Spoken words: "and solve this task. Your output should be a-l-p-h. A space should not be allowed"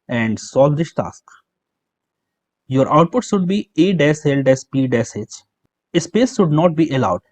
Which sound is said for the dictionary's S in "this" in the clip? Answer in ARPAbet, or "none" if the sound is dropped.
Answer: SH